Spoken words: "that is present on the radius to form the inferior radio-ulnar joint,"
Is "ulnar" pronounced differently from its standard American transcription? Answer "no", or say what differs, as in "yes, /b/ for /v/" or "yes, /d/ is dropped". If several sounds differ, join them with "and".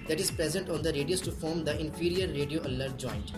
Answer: yes, /n/ is dropped